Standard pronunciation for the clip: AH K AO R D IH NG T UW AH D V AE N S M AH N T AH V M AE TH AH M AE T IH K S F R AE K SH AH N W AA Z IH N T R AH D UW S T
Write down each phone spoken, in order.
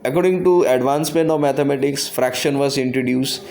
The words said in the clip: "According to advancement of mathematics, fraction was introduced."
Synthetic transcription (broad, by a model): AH K AO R D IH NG T UW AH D V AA N S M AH N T AH V M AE T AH M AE T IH K S F R AE K SH AH N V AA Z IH N T R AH D UW S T